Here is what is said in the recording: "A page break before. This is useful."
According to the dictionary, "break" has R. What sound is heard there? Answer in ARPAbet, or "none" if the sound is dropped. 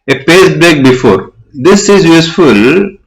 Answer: L